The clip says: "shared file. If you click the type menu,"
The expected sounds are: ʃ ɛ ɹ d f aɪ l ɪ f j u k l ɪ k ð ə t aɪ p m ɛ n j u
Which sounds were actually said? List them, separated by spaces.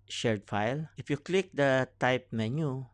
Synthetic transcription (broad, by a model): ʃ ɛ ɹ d f aɪ l ɪ f j u k l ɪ k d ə t aɪ p m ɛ n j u